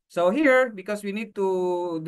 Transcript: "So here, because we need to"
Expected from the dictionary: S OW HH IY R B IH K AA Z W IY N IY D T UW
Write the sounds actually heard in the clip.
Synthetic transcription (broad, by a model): S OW HH IY R B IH K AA S W IY N IY D T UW